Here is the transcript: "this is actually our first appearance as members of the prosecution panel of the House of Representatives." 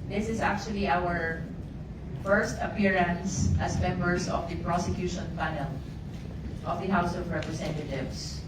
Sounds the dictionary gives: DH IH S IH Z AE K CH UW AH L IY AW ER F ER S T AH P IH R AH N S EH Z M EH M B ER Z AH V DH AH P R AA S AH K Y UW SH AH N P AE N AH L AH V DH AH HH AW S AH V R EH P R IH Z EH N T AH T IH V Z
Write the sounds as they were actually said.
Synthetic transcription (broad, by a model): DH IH S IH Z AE K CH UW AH L IY AW ER F ER S T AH P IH R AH N S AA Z M EH M B ER S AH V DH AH P R AA S AH K Y UW SH AH N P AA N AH L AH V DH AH HH AW S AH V R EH P R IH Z EH N T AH T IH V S